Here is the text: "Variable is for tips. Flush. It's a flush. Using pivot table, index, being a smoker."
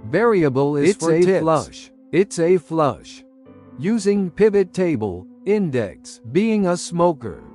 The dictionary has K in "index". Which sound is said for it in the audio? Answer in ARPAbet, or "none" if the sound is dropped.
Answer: K